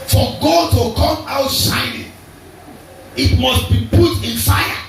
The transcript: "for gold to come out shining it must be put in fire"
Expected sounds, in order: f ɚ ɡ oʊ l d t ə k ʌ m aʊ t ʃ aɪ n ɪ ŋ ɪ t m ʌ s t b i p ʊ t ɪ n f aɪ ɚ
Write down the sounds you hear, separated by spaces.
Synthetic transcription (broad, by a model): f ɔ ɡ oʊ d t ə k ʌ m aʊ t s aɪ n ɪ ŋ ɪ t m ʌ s t b i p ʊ t ɪ n f aɪ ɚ